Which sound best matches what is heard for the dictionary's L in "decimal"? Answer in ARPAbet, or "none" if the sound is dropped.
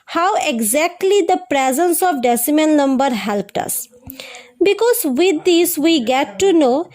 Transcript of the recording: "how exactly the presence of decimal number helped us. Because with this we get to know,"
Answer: N